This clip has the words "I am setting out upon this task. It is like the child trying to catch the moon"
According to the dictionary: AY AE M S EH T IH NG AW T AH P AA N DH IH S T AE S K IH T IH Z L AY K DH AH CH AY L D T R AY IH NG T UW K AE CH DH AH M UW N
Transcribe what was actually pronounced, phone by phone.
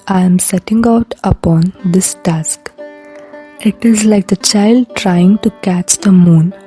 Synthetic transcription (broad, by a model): AY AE M S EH T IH NG AW T AH P AA N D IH S T AE S K IH T IH Z L AY K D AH CH AY L D T R AY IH NG T UW K AE CH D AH M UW N